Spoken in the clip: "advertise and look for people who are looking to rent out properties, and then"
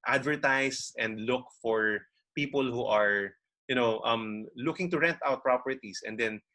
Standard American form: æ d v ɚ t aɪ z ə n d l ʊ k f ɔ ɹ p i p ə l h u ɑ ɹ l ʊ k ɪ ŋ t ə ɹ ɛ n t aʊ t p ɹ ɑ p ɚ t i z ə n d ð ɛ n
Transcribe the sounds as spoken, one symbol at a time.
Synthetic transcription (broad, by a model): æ d v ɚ t aɪ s ə n d l ʊ k f ɔ ɹ p i p ə l h u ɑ ɹ l ʊ k ɪ ŋ t ə ɹ ɛ n t aʊ t p ɹ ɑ p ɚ t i s ə n d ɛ n